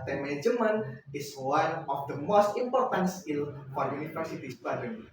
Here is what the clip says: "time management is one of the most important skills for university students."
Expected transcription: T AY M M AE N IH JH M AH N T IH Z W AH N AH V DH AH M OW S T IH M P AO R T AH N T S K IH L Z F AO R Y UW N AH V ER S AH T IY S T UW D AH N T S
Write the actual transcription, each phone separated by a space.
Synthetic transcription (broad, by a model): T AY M M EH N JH M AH N IH S W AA N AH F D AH M OW S T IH M P AO R T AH N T S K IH L F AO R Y UW N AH F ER S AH T IY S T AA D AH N